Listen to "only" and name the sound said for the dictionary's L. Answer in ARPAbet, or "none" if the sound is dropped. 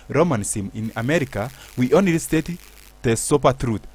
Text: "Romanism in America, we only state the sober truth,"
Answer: none